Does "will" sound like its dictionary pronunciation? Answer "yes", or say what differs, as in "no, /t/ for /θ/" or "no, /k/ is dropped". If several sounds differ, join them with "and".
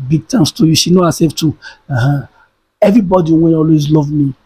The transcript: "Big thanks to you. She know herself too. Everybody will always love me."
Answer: no, /n/ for /l/